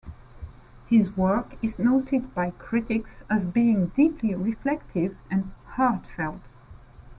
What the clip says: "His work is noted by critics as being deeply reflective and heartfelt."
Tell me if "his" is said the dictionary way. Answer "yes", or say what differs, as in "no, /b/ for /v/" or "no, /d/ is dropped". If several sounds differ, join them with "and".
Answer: yes